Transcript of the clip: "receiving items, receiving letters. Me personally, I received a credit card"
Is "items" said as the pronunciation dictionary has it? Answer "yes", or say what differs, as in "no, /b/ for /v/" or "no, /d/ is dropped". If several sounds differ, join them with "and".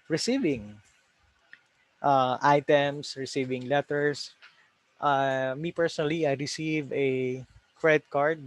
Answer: no, /s/ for /z/